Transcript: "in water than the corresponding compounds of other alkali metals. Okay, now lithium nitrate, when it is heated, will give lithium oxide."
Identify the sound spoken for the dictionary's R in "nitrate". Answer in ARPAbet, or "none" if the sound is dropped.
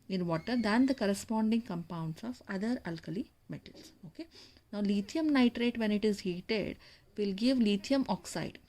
R